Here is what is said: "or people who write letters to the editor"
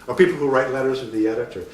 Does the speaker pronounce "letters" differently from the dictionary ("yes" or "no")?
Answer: no